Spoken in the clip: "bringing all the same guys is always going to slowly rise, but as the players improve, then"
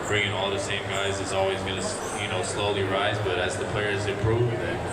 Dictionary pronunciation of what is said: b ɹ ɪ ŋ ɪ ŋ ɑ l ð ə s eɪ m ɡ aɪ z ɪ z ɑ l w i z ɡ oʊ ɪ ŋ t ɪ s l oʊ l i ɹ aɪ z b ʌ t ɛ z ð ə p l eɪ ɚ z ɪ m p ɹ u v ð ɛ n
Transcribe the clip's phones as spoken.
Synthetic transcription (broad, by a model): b ɹ ɪ ŋ ɪ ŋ ɑ l ð ə s eɪ m ɡ aɪ z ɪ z ɑ l w i z ɡ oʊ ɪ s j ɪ s l oʊ l i ɹ aɪ z b ʌ t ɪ z ð ə p l eɪ ɚ z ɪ p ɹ u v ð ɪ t